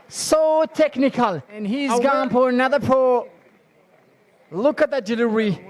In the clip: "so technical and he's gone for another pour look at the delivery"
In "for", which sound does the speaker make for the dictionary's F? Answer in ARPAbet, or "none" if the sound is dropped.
P